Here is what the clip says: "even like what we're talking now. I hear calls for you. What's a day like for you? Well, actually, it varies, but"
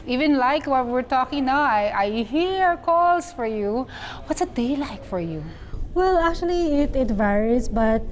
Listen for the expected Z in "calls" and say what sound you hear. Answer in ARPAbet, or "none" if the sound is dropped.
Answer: S